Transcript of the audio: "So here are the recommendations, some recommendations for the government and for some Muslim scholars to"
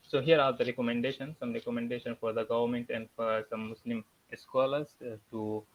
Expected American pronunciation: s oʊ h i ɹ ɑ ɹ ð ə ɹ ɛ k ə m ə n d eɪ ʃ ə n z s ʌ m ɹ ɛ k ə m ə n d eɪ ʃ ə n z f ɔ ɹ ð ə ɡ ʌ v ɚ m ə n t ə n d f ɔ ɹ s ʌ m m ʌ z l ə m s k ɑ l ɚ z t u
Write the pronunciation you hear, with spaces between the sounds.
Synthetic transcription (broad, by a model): s oʊ h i ɹ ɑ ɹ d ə ɹ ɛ k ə m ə n d eɪ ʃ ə n s ʌ m ɹ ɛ k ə m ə n d eɪ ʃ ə n f ɔ ɹ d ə ɡ ʌ v ɚ m ə n t ə n d f ɔ ɹ s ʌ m m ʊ s l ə m s k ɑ l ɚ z t u